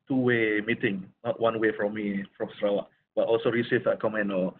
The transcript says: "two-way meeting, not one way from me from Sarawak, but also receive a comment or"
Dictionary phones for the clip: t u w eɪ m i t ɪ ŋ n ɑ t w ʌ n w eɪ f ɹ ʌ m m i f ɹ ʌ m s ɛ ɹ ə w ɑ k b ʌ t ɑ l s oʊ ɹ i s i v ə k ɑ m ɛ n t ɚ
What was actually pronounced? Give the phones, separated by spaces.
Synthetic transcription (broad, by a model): t u w eɪ m i t ɪ ŋ n ɑ t w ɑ n w eɪ f ɹ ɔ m m i f ɹ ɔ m s ɹ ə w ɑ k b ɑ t ɑ l s oʊ ɹ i s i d ə k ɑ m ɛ n ɔ